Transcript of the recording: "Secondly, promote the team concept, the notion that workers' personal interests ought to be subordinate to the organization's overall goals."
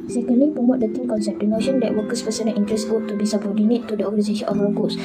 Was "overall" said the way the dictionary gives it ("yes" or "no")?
no